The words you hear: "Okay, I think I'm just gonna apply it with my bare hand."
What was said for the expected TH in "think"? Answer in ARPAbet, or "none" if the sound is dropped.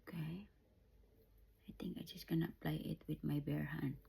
T